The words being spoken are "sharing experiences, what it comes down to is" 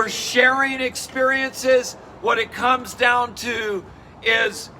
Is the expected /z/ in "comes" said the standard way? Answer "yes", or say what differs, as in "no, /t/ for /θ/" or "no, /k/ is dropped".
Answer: yes